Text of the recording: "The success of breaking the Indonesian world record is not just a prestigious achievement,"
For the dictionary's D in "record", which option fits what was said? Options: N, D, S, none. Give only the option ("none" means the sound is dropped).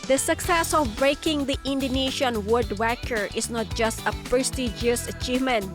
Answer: none